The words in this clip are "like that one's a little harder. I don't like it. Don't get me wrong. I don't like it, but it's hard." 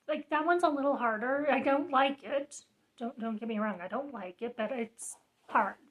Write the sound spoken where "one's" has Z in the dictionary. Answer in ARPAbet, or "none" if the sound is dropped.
Z